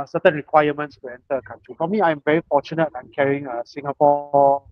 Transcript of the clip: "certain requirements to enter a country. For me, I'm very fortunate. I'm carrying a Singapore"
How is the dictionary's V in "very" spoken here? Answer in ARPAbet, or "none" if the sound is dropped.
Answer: V